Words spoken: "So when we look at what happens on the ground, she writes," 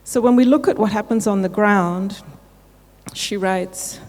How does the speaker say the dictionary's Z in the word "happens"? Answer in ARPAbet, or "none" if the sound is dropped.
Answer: Z